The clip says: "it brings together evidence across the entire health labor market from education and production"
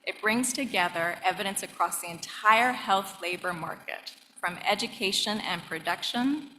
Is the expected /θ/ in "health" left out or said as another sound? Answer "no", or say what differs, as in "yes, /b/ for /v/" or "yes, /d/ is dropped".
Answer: no